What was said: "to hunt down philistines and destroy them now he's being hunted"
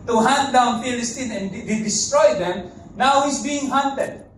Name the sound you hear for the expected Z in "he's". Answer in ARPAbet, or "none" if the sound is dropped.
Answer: S